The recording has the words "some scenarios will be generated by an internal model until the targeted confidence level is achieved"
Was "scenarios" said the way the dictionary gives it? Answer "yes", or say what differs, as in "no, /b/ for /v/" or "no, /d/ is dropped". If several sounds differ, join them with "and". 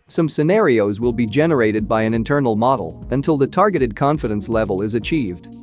yes